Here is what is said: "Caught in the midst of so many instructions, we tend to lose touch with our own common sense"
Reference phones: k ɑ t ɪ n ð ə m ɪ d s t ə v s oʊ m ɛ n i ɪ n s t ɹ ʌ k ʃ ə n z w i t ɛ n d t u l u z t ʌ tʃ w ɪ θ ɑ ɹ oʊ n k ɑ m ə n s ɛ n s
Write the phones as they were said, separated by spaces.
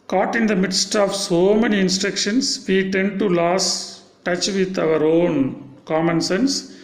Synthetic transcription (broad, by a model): k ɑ t ɪ n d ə m ɪ d s t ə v s oʊ m ɛ n i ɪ n s t ɹ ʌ k ʃ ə n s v i t ɛ n d t u l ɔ s t ʌ tʃ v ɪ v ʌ ɹ oʊ n k ɑ m ə n s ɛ n s